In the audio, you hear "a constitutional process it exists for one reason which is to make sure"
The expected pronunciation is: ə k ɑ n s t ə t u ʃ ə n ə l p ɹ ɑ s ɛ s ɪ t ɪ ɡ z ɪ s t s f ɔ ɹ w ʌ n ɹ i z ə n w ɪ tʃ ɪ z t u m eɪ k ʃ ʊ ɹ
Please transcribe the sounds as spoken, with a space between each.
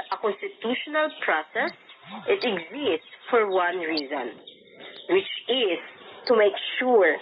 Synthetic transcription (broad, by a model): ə k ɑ n s t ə t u ʃ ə n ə l p ɹ ɑ s ɛ s ɪ t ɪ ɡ z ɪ s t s f ɔ ɹ w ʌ n ɹ i z ə n w ɪ tʃ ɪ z t u m eɪ k ʃ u ɹ